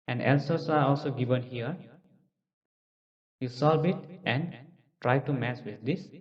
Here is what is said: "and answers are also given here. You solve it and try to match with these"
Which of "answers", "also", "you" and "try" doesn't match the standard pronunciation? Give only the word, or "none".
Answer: answers